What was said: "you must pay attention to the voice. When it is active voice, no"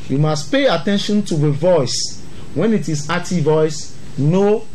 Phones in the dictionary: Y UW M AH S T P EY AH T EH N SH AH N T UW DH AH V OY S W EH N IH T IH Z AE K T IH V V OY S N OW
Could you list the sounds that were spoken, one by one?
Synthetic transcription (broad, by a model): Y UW M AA S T P EY AH T EH N SH AH N T UW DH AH V OY S W EH N IH T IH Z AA T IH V V OY S N OW